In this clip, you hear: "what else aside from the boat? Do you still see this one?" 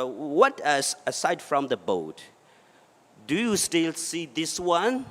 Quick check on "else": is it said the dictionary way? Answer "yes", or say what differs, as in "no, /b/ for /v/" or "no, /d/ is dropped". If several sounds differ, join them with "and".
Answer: no, /l/ is dropped